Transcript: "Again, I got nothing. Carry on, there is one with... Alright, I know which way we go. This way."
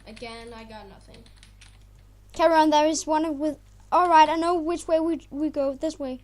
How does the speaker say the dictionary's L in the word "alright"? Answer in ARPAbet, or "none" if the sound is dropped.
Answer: L